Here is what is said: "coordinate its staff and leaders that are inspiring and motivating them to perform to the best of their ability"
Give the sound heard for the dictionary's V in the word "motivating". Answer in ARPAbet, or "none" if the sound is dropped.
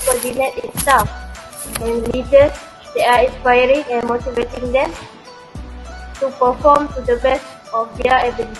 V